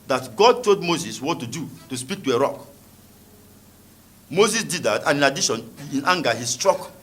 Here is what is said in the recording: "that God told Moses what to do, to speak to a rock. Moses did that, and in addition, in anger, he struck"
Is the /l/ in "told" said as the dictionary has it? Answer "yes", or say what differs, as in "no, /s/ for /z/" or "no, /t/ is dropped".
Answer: no, /l/ is dropped